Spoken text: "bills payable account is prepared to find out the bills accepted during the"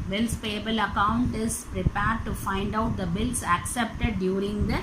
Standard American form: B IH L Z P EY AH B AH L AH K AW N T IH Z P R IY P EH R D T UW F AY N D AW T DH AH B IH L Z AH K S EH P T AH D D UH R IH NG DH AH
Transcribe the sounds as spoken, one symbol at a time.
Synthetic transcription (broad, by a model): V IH L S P EY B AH L AH K AW N T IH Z P R IY P EH R D T UW F AY N D AW T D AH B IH L S AH K S EH P T AH D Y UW R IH NG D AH